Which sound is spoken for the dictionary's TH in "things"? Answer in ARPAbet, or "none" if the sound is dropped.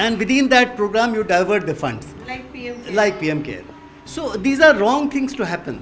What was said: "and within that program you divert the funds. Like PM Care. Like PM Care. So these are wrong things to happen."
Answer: T